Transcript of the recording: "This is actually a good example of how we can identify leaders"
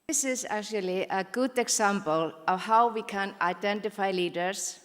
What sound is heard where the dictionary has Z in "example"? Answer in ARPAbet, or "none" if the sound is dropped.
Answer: S